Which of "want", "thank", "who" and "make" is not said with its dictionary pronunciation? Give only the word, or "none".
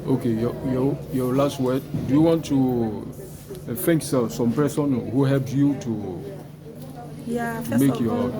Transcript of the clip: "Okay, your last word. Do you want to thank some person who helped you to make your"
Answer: thank